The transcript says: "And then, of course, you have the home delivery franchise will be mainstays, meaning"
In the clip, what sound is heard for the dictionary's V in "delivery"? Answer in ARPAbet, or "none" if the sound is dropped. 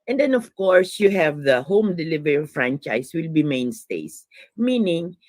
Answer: V